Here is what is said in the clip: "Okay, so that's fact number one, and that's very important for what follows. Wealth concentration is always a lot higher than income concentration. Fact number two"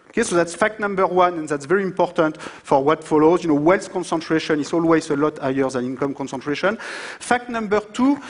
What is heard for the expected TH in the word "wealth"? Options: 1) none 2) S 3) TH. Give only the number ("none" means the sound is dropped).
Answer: 2